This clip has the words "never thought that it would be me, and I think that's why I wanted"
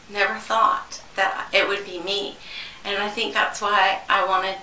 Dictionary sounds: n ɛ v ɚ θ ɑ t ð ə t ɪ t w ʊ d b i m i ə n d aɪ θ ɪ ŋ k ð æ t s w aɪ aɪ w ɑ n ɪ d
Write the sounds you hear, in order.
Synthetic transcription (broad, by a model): n ɛ v ɚ θ ɑ t ð ə t ɪ t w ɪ d b i m i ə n aɪ θ ɪ ŋ k ð æ t s w aɪ aɪ w ɑ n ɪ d